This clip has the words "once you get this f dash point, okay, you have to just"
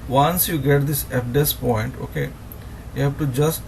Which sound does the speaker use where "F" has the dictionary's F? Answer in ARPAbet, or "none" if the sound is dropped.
P